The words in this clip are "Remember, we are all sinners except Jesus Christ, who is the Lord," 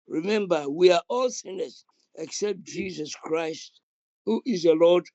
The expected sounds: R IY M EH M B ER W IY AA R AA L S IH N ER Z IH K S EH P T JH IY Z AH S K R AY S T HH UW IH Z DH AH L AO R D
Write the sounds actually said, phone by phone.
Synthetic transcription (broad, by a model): R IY M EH M B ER W IY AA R AA L S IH N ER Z IH K S EH P T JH IY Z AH S K R AY S T HH UW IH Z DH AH L AO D